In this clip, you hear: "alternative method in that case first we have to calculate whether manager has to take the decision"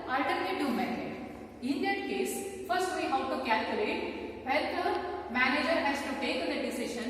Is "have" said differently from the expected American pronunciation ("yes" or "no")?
yes